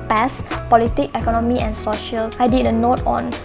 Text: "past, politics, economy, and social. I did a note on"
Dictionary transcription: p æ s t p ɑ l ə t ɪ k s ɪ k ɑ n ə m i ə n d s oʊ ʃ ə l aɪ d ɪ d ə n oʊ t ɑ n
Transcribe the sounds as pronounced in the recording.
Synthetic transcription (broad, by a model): p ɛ s p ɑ l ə t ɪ k ɪ k ɑ n ə m i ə n s oʊ ʃ ə l aɪ d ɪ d ə n oʊ t ɑ n